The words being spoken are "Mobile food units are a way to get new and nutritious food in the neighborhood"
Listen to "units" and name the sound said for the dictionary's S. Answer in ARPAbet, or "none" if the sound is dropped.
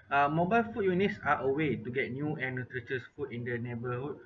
S